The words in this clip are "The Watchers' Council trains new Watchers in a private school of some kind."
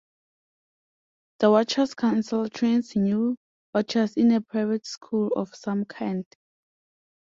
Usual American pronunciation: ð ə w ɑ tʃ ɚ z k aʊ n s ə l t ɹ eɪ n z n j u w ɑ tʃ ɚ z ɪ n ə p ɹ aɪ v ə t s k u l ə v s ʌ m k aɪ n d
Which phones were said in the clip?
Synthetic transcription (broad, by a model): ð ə w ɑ tʃ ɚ s k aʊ n s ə l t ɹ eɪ n s n j u w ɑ tʃ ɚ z ɪ n ə p ɹ aɪ v ə t s k u l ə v s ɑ m k aɪ n d